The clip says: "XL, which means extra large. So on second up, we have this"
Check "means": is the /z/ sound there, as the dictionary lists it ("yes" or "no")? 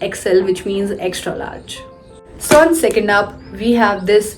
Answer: yes